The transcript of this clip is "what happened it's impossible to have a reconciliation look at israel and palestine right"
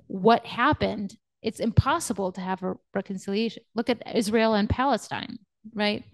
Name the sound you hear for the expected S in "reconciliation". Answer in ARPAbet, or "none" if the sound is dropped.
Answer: S